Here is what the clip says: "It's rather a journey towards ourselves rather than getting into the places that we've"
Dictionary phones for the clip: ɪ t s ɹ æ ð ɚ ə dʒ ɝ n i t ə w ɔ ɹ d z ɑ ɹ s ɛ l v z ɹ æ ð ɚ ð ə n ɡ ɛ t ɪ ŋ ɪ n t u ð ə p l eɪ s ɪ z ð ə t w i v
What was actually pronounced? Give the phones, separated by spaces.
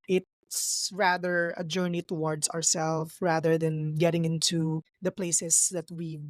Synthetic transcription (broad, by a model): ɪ t s ɹ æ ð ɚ ə dʒ ɝ n i t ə w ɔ ɹ d s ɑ ɹ s ɛ l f ɹ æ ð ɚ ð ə n ɡ ɛ t ɪ ŋ ɪ n t u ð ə p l eɪ s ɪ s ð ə t w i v